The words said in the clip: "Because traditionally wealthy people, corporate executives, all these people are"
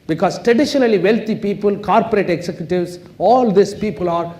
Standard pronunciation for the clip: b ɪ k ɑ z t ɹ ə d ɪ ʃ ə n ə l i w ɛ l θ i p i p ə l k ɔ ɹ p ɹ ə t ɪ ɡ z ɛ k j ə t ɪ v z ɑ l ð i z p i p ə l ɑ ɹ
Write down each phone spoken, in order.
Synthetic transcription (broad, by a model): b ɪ k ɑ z t ɹ ə d ɪ ʃ ə n ə l i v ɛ l t i p i p ə l k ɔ ɹ p ɹ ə t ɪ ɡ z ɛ k j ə t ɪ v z ɑ l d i s p i p ə l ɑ ɹ